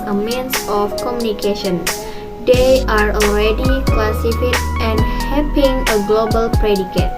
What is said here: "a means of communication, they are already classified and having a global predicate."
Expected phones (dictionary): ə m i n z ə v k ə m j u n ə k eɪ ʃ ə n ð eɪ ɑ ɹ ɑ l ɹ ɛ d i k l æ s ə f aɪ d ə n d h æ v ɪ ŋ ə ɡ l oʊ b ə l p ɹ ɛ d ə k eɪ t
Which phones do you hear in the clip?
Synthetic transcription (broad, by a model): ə m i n s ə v k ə m j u n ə k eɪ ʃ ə n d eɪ ɑ ɹ ɑ l ɹ ɛ d i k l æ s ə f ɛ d ə n d h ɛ p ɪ ŋ ə ɡ l oʊ b ə l p ɹ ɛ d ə k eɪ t